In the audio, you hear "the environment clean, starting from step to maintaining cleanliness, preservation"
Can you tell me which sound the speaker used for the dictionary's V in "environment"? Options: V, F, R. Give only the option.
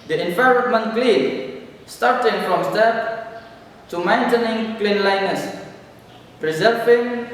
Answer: F